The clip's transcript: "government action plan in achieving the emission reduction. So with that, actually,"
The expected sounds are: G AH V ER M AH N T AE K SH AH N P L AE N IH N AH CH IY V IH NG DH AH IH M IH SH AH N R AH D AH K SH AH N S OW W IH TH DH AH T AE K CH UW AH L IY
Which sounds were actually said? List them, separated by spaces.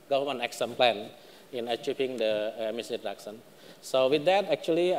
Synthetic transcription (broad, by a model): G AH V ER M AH N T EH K S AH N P L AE N IH N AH CH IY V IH NG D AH M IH S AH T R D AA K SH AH N S OW W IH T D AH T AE K CH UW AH L IY